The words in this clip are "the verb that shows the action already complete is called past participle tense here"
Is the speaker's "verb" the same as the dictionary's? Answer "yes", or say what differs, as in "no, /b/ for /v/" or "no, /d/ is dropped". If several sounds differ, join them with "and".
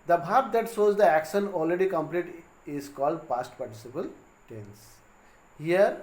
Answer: no, /b/ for /v/